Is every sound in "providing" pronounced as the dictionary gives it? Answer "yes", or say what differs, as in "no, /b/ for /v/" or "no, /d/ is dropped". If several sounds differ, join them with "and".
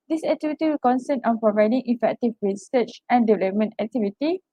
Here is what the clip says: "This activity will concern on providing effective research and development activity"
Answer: yes